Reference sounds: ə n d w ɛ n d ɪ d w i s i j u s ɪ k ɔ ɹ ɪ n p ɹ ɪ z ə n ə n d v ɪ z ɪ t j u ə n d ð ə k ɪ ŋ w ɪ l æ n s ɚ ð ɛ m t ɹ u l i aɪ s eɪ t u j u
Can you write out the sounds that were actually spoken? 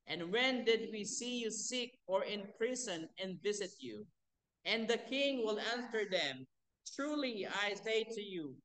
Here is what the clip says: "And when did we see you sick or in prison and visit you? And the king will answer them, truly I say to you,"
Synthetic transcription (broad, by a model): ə n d w ɛ n d ɪ d w i s i j u s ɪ k ɔ ɹ ɪ n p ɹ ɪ s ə n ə n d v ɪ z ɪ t j u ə n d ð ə k ɪ ŋ w ɪ l æ n s ɚ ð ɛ m t ɹ u l i aɪ s eɪ t u j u